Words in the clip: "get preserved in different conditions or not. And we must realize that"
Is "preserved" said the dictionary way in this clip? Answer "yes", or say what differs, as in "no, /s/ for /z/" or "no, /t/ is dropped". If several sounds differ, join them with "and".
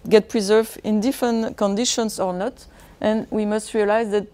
no, /d/ is dropped